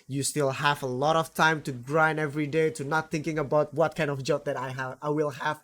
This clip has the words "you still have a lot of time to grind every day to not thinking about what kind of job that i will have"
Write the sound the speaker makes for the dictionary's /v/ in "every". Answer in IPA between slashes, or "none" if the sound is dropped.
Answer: /v/